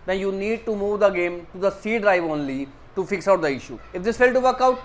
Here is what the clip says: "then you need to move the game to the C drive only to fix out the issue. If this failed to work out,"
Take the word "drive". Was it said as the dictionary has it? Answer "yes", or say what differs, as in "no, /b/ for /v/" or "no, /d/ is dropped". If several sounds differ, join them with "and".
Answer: yes